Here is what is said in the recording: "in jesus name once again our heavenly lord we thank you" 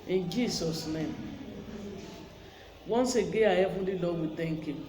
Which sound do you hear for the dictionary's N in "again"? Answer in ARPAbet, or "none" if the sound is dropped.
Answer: none